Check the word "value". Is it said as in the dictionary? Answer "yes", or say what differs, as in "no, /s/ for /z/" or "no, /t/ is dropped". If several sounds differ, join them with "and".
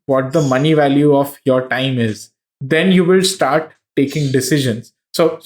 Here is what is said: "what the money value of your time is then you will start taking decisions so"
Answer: yes